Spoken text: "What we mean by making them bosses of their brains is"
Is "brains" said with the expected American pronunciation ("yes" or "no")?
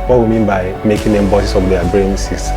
no